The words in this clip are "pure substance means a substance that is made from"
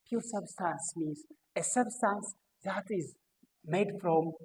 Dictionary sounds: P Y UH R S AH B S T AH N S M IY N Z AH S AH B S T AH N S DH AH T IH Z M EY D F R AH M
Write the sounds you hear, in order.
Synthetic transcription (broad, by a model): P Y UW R S AH B S T AH N S M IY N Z AH S AH B S T AH N S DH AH T IH Z M EY D F R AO M